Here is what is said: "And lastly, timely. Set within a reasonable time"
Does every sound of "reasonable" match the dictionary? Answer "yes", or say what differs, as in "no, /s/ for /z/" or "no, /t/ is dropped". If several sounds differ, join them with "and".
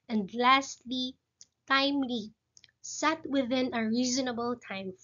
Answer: yes